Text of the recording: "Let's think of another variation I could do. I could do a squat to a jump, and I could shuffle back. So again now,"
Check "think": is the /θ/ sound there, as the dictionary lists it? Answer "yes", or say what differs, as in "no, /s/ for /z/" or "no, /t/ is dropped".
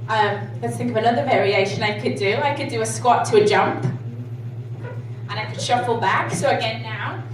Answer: yes